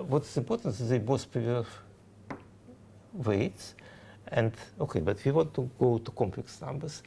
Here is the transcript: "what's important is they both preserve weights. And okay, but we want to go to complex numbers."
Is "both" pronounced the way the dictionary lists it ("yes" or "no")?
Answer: no